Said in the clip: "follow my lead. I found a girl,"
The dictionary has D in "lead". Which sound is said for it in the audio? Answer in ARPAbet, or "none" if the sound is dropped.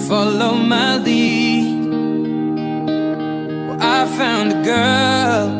none